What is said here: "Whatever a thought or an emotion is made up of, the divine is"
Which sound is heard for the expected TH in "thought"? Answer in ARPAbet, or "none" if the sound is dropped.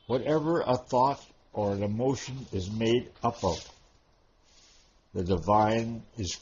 TH